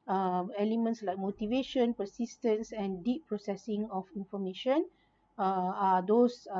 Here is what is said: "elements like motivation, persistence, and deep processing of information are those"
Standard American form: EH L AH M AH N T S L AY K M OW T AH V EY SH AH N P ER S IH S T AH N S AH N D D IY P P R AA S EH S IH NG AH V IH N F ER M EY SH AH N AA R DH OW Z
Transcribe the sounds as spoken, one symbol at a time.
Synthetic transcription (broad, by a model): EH L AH M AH N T S L AY K M OW T AH V EY SH AH N P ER S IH S T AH N S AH N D D IY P P R AA S EH S IH NG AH F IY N F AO M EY SH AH N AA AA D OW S